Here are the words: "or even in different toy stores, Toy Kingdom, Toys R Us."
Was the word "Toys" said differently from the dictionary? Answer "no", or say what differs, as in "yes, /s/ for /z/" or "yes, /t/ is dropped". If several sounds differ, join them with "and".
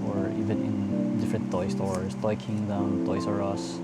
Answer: yes, /s/ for /z/